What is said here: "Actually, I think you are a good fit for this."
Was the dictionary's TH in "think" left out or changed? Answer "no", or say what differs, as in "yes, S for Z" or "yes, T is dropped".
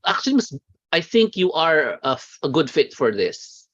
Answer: no